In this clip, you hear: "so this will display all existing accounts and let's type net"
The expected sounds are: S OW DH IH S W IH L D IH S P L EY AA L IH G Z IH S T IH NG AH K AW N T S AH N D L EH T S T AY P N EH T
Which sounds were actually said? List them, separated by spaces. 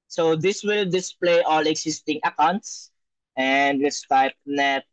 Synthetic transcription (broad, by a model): S OW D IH S W IH L D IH S P L EY AA L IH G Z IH S T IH NG AH K AW N T S AH N D W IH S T AY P N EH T